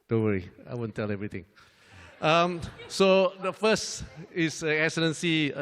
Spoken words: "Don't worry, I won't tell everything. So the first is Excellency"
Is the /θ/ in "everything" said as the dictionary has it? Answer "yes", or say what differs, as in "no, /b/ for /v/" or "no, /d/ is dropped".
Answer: no, /t/ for /θ/